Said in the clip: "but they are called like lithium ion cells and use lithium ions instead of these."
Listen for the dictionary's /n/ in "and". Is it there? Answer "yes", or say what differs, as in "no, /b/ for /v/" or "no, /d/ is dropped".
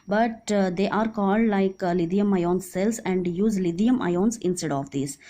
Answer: yes